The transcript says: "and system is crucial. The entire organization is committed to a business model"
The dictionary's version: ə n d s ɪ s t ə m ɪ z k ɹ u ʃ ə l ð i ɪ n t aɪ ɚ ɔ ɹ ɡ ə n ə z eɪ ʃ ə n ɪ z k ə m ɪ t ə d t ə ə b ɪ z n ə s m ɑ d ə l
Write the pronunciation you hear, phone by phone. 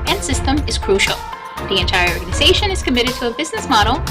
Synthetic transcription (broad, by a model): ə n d s ɪ s t ə m ɪ z k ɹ u ʃ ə l ð i ɪ n t aɪ ɚ ɔ ɹ ɡ ə n ə z eɪ ʃ ə n ɪ z k ə m ɪ t ə d t ə ə b ɪ z n ə s m ɑ d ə l